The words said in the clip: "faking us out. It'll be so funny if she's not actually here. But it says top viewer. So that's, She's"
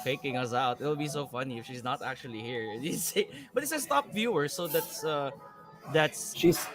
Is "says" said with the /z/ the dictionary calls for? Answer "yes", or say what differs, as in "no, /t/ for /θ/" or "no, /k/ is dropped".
no, /s/ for /z/